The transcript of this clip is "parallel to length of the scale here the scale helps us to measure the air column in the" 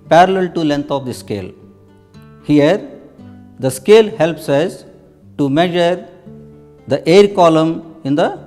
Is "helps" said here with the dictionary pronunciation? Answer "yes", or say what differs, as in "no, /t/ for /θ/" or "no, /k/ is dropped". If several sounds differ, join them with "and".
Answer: yes